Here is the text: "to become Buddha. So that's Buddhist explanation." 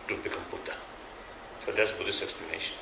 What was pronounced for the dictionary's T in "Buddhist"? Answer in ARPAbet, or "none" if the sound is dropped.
none